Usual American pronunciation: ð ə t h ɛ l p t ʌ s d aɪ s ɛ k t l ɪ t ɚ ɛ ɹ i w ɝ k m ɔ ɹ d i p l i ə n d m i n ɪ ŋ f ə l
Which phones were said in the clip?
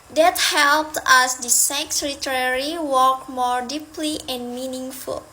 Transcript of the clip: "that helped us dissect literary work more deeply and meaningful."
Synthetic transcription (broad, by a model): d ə t h ɛ l p t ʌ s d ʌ s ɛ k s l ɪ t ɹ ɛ ɹ i w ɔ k m ɔ ɹ d i p l i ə n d m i n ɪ ŋ f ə l